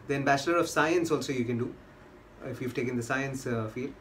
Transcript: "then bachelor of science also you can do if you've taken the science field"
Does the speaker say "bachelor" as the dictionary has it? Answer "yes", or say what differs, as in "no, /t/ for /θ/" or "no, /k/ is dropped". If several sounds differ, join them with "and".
no, /s/ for /tʃ/